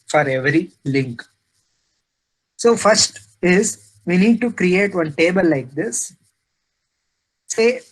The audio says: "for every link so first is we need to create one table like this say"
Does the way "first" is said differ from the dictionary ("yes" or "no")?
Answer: no